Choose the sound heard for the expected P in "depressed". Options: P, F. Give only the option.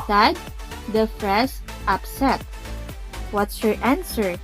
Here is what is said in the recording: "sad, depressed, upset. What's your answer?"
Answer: F